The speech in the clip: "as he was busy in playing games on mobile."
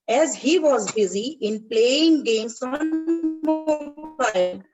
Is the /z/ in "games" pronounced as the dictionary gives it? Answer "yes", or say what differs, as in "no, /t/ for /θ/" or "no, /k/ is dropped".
no, /s/ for /z/